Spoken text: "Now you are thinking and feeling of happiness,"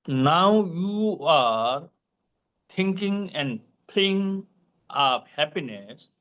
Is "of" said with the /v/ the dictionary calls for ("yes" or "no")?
no